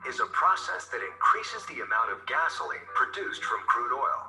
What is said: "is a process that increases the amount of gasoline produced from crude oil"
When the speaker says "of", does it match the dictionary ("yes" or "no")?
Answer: yes